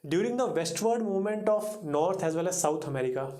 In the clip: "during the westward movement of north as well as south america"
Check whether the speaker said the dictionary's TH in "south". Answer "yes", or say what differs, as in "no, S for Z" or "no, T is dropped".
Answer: no, T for TH